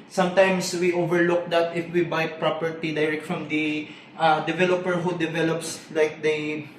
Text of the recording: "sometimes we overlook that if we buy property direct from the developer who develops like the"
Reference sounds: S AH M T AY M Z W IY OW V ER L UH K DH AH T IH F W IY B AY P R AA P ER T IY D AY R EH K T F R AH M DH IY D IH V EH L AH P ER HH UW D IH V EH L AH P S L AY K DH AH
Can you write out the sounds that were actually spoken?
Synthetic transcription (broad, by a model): S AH M T AY M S W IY OW V ER L UH K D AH T IH F W IY B AY P R AA P ER T IY D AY R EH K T F R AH M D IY D IH V EH L AH P ER HH UW D IH V EH L AH P S L AY K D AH